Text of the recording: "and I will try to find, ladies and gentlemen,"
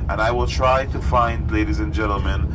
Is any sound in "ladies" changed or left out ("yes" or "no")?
no